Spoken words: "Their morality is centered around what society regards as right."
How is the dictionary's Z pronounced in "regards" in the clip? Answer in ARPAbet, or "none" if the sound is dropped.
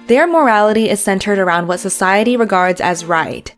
Z